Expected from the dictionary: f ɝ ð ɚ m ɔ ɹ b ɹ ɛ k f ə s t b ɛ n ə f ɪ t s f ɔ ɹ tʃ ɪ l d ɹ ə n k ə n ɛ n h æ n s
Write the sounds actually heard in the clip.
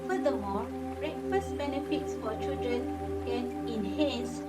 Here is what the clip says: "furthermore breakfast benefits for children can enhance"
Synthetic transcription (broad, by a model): f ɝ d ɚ m ɔ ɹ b ɹ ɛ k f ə s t b ɛ n ə f ɪ t s f ɔ ɹ tʃ ɪ l d ɹ ə n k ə n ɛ n h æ n s